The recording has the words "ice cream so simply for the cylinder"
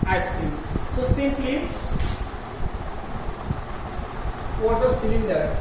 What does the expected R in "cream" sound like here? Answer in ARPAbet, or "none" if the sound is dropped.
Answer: none